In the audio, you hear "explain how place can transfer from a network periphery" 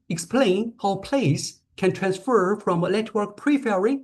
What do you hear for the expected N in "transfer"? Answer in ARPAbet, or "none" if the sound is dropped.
N